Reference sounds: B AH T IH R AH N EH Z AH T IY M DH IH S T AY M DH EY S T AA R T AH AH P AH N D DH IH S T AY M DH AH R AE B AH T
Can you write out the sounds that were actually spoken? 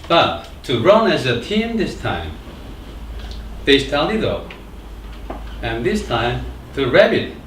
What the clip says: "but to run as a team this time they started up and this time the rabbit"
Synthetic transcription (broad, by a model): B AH T IH R AH N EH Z AH T IY M DH IH S T AY M DH EY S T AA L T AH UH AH N DH IH S T AY M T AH R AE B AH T